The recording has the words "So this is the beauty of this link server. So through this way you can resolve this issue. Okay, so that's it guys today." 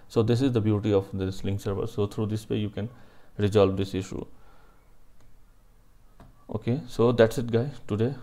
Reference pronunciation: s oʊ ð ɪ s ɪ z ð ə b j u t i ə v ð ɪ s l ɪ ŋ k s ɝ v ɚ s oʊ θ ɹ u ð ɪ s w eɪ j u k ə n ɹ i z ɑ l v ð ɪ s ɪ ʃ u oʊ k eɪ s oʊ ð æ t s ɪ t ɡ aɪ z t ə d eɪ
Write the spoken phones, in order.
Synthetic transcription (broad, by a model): s oʊ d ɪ s ɪ z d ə b j u t i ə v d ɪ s l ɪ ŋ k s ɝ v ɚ s oʊ t ɹ u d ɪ s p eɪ j u k ə n ɹ i z ɑ l v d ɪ s ɪ ʃ u oʊ k eɪ s oʊ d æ t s ɪ t ɡ aɪ t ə d eɪ